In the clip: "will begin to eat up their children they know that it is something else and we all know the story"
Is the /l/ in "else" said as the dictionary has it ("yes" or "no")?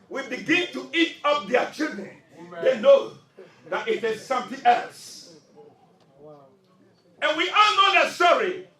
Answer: yes